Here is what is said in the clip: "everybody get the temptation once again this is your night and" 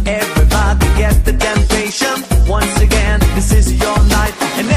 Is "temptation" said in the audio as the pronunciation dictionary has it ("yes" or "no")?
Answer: yes